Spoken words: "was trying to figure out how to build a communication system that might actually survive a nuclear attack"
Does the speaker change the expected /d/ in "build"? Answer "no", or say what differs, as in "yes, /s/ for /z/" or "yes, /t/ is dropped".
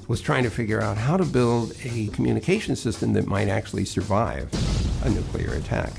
no